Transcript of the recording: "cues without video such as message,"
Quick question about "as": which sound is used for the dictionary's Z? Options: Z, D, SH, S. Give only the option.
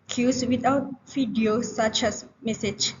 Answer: S